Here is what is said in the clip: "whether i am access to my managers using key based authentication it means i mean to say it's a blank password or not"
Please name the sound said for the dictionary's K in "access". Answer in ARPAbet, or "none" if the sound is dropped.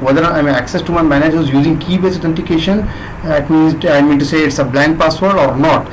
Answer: K